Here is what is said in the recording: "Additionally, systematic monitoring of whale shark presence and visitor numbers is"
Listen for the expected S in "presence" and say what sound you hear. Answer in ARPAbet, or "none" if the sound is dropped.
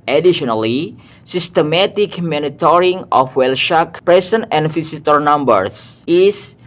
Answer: none